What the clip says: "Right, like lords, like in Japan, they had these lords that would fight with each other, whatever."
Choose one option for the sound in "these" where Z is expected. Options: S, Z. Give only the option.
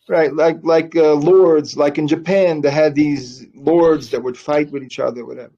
Z